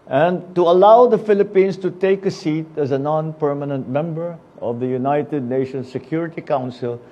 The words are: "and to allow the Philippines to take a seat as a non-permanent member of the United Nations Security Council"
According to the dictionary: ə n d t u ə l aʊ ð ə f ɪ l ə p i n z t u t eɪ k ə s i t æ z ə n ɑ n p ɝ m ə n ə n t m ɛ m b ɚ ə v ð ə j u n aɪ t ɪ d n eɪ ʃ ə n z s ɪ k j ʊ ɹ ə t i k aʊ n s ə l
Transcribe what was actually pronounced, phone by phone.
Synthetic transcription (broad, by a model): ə n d t u ə l aʊ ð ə f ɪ l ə p i n s t u t eɪ k ə s i t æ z ə n ɑ n p ɝ m ə n ə n t m ɛ m b ɚ ə v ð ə j u n aɪ t ɪ d n eɪ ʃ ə n s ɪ k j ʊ ɹ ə t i k aʊ n s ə l